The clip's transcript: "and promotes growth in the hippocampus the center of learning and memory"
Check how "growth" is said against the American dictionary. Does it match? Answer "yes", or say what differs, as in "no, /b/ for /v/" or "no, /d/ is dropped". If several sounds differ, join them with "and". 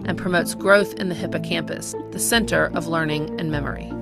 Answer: yes